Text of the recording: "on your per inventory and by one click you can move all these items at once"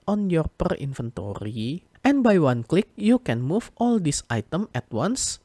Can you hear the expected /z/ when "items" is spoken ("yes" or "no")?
no